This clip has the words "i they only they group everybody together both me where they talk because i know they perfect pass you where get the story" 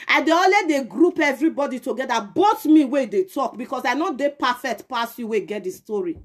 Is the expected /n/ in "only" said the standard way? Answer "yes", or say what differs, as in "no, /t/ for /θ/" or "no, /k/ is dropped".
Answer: no, /n/ is dropped